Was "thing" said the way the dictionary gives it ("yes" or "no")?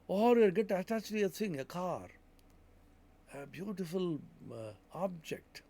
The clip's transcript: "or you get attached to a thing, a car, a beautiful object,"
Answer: no